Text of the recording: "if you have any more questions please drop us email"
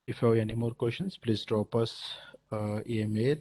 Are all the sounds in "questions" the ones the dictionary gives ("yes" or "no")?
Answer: no